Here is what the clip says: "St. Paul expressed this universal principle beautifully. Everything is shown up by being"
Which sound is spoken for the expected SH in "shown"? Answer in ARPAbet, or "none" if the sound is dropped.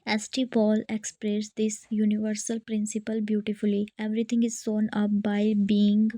S